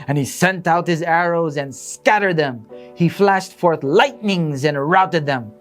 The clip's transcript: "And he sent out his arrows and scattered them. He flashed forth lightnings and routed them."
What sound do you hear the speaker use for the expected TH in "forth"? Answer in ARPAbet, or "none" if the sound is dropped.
TH